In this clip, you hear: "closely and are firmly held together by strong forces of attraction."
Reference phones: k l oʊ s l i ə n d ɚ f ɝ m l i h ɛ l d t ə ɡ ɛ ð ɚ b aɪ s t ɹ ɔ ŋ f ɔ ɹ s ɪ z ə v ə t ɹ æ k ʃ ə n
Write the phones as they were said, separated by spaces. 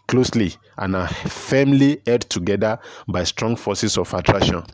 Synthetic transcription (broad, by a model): k l oʊ s l i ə n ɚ f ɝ m l i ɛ d t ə ɡ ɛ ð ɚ b aɪ s t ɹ ɔ ŋ f ɔ s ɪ s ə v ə t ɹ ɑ k ʃ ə n